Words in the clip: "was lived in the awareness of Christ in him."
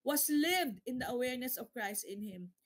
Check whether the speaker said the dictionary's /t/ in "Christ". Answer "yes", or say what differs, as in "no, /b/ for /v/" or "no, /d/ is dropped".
yes